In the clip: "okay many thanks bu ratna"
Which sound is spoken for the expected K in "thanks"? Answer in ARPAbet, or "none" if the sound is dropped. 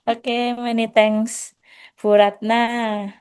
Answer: none